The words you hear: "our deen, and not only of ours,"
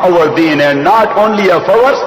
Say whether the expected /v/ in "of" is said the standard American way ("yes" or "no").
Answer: no